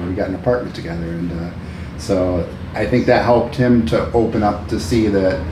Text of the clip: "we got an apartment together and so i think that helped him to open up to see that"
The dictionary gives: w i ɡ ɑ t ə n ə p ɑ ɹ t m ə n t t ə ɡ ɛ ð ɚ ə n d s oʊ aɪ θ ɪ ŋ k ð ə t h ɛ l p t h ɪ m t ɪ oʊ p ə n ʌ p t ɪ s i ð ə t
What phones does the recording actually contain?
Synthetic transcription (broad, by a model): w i ɡ ɑ t n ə p ɑ ɹ t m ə n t t ə ɡ ɛ ð ɚ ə n s oʊ aɪ θ ɪ ŋ k ð ə t h ɛ l p t h ɪ m t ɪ oʊ p ə n ʌ p t ɪ s i ð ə t